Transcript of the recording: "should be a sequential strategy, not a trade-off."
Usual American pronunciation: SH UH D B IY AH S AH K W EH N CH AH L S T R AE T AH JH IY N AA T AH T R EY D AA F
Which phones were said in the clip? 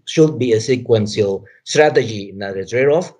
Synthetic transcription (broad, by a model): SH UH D B IY AH S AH K W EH N S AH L S T R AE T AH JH IY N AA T AH S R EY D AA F